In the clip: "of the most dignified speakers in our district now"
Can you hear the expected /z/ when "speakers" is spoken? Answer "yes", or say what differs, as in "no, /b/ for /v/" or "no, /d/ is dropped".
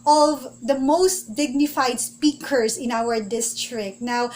no, /s/ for /z/